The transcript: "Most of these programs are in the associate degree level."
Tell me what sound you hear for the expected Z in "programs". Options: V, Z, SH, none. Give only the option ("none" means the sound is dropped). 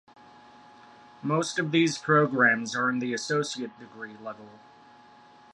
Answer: Z